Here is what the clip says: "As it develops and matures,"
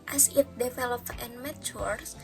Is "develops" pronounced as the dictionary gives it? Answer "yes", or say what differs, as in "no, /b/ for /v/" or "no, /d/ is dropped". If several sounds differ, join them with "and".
no, /s/ is dropped